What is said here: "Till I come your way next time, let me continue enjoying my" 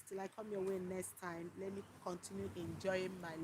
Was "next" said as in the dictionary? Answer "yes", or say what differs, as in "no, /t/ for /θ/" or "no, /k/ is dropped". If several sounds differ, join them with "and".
yes